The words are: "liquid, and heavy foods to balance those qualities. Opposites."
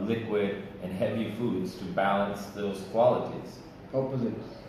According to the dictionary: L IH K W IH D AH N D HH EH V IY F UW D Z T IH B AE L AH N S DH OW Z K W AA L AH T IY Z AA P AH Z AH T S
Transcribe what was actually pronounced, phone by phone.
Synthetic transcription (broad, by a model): L IH K W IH D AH N HH EH V IY F UW D Z T IH B AE L AH N S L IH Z K W AA L AH T IY Z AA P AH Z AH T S